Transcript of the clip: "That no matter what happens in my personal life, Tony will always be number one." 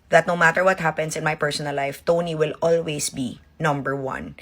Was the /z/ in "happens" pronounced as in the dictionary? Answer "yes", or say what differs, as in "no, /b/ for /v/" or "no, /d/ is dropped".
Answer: no, /s/ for /z/